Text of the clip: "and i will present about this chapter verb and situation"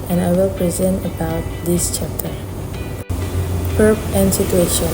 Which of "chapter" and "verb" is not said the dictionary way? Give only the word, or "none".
verb